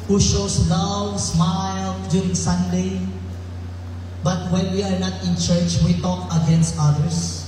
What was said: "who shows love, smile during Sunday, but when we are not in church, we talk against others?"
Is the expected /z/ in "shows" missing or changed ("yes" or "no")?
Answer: yes